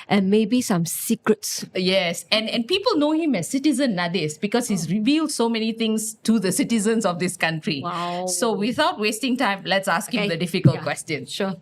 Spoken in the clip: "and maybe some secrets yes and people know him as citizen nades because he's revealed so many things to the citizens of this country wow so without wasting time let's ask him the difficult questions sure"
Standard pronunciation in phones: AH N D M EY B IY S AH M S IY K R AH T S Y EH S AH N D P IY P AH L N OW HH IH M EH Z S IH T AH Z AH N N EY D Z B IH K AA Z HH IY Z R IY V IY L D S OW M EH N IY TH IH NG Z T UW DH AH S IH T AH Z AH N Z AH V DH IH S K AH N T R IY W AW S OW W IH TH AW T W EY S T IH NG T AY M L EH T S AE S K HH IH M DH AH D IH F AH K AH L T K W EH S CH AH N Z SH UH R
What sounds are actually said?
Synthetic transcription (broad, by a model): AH N M EY B IY S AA M S IY K R AH T S Y EH S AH N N P IY P AH L N OW HH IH M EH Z S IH T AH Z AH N N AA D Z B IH K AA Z HH IY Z R IY V IY L D S OW M EH N IY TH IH NG S T UW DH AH S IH T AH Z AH N S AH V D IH S K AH N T R IY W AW S OW W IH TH AW T W EY S T IH NG T AY M L EH T S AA S K HH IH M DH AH D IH F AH K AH L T K W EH S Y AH N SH